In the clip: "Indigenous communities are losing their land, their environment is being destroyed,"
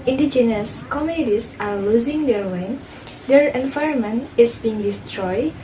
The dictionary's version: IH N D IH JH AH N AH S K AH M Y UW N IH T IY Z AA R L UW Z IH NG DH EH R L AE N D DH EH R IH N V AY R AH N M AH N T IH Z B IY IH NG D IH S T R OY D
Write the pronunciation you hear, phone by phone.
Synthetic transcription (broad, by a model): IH N D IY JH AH N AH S K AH M Y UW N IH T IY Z AA R L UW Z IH NG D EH R W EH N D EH R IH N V AY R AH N M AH N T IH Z B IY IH NG D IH S T R OY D